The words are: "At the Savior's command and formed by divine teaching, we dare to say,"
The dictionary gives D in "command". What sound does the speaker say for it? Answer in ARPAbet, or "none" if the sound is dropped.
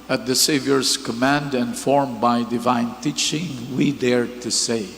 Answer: D